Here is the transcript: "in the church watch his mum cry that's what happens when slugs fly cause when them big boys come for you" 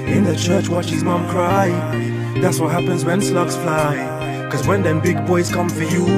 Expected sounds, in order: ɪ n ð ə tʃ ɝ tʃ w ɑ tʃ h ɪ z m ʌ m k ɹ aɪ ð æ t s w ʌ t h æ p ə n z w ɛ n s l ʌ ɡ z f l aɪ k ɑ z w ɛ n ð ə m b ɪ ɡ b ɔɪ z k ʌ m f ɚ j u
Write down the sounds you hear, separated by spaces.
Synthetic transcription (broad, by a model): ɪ n ð ə tʃ ɝ tʃ w ɑ tʃ h ɪ z m ʌ m k ɹ aɪ ð æ t s w ʌ t h æ p ə n z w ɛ n s l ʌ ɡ s f l aɪ k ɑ z w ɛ n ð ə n b ɪ ɡ b ɔɪ z k ʌ m f ɚ j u